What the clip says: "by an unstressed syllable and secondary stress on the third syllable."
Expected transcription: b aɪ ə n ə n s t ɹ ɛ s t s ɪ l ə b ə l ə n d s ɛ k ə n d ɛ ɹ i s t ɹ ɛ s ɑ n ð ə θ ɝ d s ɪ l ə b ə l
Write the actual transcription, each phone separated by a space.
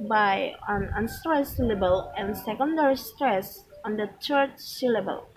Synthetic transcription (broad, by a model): b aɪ ə n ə n s t ɹ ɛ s s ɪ l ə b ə l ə n s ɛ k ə n d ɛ ɹ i s t ɹ ɛ s ɑ n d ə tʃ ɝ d s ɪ l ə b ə l